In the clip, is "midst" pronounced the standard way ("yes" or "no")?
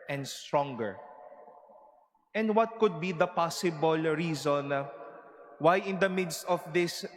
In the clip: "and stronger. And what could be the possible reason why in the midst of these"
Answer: yes